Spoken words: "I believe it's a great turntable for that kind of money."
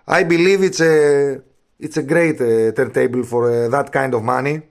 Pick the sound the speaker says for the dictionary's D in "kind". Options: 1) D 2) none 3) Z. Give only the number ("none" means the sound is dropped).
1